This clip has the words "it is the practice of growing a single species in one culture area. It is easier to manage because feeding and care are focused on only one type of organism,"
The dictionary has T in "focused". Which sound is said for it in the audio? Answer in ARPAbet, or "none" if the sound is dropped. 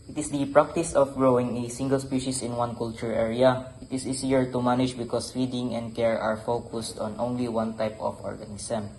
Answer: T